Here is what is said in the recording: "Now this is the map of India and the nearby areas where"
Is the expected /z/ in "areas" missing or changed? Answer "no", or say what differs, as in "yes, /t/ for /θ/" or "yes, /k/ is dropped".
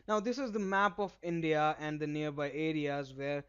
no